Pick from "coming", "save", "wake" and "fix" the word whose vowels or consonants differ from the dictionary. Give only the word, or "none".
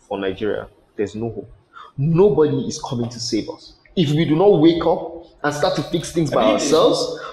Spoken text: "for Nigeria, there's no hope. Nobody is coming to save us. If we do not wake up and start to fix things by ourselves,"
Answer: none